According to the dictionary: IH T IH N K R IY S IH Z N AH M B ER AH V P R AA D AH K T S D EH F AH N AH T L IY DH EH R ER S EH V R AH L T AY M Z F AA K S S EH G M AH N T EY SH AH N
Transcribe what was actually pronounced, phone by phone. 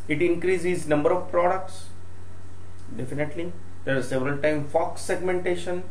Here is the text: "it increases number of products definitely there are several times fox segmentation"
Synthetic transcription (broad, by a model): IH T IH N K R IY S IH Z N AH M B ER AH V P R AA D AH K T S D EH F AH N AH T L IY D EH R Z S EH V R AH L T AY M F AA K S S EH G M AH N T EY SH AH N